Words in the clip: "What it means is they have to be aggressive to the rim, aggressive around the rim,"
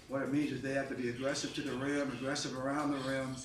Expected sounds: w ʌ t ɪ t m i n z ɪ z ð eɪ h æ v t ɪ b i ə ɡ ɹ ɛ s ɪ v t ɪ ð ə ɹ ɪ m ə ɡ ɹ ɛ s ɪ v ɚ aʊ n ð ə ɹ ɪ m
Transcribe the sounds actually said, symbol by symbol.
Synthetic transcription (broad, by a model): w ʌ t ɪ t m i n z ɪ z ð eɪ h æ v t ɪ b i ə ɡ ɹ ɛ s ɪ v t ɪ ð ə ɹ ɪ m ə ɡ ɹ ɛ s ɪ v ɚ aʊ n ð ə ɹ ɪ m